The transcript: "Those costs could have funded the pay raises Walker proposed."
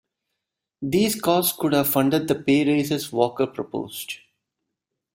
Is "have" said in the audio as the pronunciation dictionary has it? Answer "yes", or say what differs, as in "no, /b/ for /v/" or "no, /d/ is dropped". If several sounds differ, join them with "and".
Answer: yes